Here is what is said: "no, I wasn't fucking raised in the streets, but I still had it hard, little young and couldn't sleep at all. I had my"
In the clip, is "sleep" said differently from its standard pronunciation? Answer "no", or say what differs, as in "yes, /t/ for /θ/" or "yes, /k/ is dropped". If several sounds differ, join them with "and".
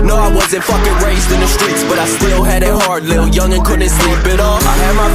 yes, /b/ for /p/